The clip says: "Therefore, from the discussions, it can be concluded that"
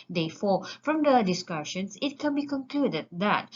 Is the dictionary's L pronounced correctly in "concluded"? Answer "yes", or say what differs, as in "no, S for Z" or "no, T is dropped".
yes